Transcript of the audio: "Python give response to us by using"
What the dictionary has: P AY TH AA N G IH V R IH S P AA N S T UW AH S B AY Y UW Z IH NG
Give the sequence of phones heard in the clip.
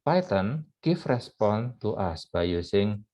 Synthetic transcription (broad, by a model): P AY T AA N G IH F R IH S P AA N T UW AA S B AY Y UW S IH NG